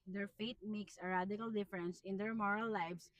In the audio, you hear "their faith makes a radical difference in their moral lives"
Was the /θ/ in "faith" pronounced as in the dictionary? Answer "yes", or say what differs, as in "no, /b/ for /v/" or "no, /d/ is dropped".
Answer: no, /t/ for /θ/